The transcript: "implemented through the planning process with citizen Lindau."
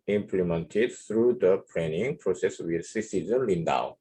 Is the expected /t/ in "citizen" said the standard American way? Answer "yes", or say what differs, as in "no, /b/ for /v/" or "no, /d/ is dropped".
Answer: no, /s/ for /t/